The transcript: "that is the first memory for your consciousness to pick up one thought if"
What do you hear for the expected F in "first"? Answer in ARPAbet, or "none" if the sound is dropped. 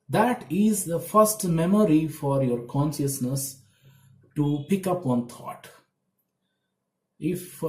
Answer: F